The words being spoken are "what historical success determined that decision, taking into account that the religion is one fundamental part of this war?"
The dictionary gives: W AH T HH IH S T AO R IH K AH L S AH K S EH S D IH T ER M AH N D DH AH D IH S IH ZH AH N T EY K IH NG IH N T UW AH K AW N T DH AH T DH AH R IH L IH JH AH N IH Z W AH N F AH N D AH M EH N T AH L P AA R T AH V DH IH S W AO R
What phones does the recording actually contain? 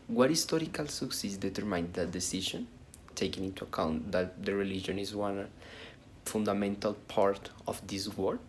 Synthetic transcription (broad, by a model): W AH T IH S T AO R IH K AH L S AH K S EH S D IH T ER M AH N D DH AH D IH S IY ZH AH N T EY K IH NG IH N T UW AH K AW N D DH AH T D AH R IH L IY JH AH N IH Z W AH N F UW N D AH M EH N T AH L P AA R T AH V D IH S W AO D